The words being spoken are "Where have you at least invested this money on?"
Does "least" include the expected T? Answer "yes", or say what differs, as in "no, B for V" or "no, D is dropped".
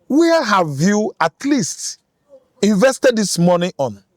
yes